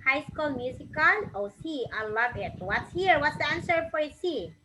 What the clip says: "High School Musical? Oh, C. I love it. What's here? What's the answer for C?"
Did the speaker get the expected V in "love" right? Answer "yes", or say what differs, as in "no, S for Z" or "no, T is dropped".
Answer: no, B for V